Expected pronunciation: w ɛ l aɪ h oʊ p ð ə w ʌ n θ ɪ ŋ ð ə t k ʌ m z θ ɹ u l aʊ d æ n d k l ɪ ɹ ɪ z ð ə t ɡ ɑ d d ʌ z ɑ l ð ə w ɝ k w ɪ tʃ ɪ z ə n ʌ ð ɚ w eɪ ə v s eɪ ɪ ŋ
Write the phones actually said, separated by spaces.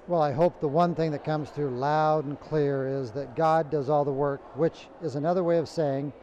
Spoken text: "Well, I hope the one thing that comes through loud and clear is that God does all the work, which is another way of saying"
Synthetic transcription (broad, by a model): w ɛ l aɪ h oʊ p ð ə w ʌ n θ ɪ ŋ ð ə t k ʌ m z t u l aʊ d n k l ɪ ɹ ɪ z ð ə t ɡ ɑ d d ʌ z ɑ l ð ə w ɝ k w ɪ tʃ ɪ z ə n ʌ ð ɚ w eɪ ə v s eɪ ɪ ŋ